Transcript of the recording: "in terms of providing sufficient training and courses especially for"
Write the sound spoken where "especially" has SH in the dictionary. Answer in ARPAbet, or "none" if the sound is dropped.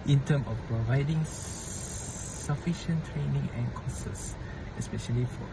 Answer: SH